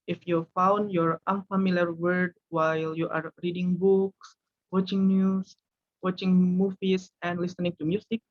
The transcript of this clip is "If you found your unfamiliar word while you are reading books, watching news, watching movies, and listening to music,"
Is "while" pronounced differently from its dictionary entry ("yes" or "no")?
no